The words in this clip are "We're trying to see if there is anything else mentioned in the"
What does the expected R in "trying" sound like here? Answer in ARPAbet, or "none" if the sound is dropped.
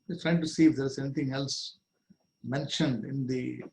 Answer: R